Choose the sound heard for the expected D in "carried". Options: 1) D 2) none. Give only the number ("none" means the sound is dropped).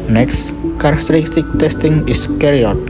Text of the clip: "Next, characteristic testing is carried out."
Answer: 2